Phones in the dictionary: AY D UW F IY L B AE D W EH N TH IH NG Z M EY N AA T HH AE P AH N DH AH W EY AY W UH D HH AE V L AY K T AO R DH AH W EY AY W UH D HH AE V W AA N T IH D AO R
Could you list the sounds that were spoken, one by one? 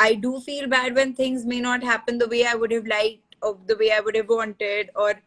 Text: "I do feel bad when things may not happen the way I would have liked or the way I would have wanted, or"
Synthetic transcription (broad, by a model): AY D UW F IY L B AE D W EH N T IH NG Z M EY N AA T HH AE P AH N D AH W EY AY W UH D HH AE V L AY T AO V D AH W EY AY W UH D HH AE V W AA N T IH D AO R